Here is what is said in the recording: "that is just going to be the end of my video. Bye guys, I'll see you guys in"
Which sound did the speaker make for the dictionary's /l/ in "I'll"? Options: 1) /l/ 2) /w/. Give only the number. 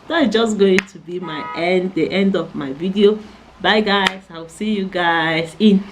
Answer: 2